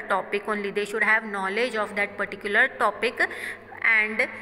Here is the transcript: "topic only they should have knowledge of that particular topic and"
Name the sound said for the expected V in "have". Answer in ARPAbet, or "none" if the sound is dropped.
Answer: V